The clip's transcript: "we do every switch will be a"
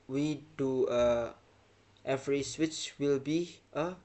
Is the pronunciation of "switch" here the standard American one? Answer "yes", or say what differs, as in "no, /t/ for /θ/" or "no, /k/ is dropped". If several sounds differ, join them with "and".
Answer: yes